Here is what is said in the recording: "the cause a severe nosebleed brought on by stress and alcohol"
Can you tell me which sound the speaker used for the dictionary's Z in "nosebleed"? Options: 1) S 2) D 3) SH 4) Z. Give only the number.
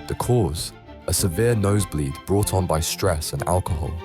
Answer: 4